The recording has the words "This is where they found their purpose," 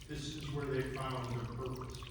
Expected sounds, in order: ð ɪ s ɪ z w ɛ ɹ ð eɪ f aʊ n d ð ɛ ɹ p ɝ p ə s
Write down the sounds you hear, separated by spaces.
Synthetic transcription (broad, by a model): ð ɪ s ɪ z w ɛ ɹ ð eɪ f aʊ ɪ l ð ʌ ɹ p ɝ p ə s